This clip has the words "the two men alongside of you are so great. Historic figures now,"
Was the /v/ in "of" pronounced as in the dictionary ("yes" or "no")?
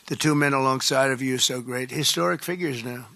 yes